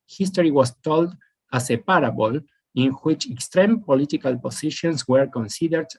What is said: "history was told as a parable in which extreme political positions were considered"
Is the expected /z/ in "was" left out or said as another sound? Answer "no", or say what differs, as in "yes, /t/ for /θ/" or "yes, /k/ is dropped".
yes, /s/ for /z/